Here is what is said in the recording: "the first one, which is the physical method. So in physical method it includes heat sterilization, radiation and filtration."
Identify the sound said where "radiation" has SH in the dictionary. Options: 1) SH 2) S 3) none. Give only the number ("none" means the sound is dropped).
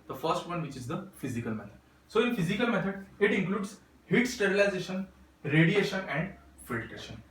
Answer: 1